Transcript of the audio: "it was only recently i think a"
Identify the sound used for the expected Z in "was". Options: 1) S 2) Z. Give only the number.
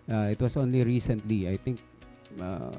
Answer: 1